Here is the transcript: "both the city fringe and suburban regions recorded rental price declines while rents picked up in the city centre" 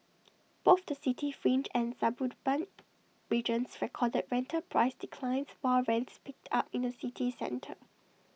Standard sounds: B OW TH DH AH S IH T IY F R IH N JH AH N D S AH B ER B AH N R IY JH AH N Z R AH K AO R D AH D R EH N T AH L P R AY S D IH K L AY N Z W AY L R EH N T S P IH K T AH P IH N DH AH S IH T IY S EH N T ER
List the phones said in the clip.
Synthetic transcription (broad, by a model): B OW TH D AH S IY T IY F R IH N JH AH N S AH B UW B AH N R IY JH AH N S R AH K AO D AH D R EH N T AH P R AY S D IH K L AY N S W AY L R EH N T S P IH K T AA P IH N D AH S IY T IY S EH N T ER